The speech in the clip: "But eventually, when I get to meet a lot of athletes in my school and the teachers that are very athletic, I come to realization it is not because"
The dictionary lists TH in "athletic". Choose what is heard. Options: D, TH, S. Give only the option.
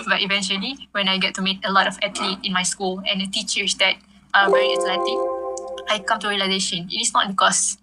S